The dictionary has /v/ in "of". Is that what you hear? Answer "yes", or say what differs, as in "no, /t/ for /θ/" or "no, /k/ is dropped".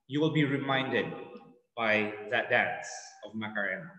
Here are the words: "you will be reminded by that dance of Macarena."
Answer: yes